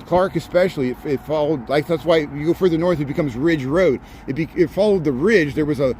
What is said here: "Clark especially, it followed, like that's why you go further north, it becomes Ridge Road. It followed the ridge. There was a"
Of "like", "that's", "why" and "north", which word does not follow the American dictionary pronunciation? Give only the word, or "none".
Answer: none